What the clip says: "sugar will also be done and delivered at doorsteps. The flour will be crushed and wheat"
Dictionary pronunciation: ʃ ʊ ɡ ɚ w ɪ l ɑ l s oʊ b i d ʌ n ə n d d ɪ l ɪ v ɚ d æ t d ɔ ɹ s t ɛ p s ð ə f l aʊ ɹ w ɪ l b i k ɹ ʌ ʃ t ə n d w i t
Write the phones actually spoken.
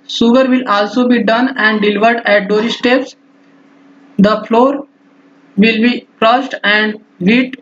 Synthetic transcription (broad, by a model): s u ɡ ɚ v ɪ l ɑ l s oʊ b i d ʌ n ə n d d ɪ l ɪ v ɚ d æ t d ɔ ɹ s t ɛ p s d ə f l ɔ ɹ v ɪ l b i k ɹ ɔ s t ə n d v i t